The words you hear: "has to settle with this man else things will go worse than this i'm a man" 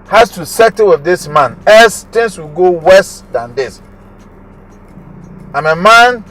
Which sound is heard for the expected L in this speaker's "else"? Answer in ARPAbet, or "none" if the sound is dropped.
none